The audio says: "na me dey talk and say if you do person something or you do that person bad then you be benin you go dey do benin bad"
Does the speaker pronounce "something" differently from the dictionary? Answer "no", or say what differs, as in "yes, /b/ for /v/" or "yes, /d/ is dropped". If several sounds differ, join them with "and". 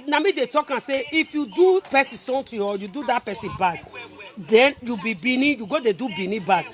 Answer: yes, /t/ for /θ/